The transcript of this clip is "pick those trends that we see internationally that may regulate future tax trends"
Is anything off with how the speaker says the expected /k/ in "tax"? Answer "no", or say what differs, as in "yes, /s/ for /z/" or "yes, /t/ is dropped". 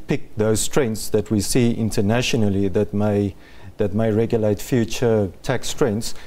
no